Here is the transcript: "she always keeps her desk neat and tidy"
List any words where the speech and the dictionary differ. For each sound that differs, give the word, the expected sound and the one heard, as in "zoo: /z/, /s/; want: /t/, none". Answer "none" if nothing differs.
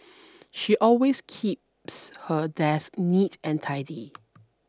always: /z/, /s/